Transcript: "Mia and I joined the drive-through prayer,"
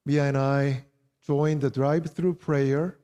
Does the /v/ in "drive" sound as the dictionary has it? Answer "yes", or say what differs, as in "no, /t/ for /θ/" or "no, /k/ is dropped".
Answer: no, /b/ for /v/